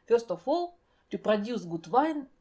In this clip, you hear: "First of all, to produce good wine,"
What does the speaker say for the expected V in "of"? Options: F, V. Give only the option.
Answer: F